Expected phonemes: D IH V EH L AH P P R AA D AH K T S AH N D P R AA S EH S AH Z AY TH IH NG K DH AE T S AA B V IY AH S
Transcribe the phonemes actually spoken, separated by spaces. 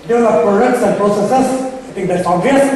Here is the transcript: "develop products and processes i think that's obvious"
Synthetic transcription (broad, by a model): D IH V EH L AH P P R AA D AH K T S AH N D P R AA S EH S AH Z AY T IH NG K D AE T S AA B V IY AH S